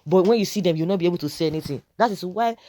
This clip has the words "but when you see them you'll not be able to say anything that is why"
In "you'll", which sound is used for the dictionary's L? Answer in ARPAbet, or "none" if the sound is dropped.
W